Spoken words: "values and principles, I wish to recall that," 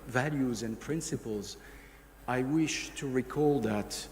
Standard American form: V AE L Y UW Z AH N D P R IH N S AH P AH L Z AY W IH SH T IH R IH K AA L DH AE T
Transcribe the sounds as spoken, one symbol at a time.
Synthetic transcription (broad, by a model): V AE L Y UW Z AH N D P R IH N S AH P AH L Z AY W IH SH T IH R IH K AA L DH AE T